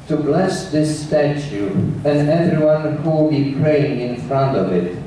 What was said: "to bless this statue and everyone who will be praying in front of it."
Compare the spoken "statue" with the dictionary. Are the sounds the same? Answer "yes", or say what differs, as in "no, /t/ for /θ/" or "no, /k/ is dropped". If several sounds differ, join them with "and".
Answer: yes